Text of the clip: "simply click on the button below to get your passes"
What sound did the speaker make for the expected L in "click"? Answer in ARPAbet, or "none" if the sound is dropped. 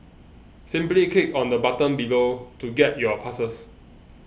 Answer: none